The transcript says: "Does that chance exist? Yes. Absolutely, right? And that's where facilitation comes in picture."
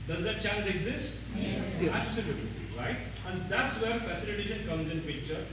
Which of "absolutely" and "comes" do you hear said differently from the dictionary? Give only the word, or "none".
absolutely